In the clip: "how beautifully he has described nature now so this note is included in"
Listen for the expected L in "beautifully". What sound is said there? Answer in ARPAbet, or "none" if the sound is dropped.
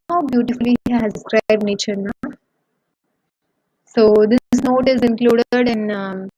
none